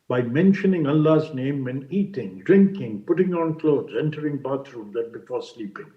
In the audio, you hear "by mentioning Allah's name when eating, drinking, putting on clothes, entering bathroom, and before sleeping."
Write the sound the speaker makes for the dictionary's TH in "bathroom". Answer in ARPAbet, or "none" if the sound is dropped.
T